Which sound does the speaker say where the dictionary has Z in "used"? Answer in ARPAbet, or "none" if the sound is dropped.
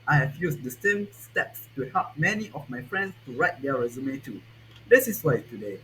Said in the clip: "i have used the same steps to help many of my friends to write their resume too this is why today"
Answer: S